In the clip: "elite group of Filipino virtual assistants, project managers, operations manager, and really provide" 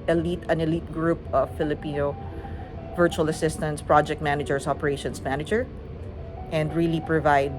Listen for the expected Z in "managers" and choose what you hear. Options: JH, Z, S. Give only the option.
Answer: S